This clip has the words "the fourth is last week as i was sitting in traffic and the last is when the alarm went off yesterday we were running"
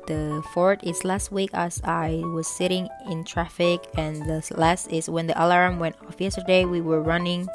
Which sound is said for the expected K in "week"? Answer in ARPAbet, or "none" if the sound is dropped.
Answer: K